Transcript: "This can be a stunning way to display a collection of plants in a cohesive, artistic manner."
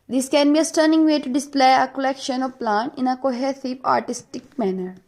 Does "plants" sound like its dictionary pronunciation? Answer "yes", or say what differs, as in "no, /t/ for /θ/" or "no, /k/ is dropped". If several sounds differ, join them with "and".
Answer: no, /s/ is dropped